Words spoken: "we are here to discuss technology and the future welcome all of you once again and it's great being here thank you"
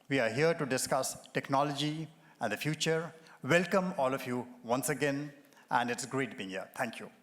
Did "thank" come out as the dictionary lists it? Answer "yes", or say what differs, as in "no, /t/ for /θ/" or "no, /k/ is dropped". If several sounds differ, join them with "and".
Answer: no, /t/ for /θ/